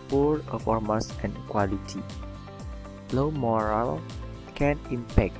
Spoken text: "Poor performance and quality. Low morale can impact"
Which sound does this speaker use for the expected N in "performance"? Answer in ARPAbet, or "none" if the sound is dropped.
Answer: none